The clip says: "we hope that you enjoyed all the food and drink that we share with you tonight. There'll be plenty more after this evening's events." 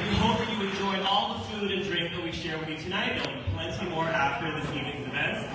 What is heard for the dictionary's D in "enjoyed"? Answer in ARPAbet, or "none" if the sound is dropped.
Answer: none